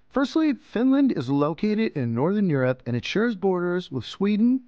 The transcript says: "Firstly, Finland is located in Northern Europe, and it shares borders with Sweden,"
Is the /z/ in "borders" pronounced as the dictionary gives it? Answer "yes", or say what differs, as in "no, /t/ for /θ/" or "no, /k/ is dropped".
yes